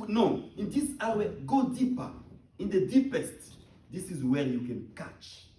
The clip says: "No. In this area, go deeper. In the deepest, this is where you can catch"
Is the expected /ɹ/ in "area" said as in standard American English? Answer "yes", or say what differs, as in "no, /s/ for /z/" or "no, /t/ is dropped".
no, /w/ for /ɹ/